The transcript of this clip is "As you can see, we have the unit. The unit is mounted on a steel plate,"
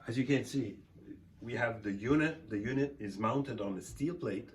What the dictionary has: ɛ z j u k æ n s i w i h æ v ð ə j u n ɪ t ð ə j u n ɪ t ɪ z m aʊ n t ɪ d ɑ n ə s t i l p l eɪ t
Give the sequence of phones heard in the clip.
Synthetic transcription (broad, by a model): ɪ z j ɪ k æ n s i w i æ v ð ə j u n ɪ t ð ə j u n ɪ t ɪ z m aʊ n t ɪ d n ə s t i l p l eɪ t